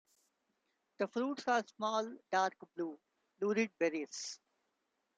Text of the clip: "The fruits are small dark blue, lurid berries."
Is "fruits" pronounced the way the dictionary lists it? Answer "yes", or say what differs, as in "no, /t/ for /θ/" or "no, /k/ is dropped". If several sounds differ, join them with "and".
yes